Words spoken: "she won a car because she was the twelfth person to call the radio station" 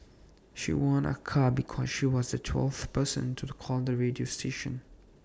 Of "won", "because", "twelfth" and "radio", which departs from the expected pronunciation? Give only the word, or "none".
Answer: none